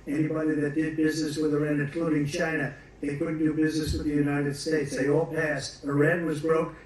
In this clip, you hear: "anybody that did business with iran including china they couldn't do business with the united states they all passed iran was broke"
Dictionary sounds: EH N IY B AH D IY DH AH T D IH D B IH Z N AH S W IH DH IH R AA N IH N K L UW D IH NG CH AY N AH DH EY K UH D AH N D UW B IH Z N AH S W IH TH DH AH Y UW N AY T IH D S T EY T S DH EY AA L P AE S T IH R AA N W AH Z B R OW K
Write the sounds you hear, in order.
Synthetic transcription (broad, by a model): EH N IY B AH D IY DH AH T D IH D B IH Z N AH S W IH DH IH R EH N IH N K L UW D IH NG CH AY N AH DH EY K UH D N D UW B IH Z N AH S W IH DH AH Y UW N AY T IH D S T EY T S DH EY AA L P AE S T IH R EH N W AH Z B R OW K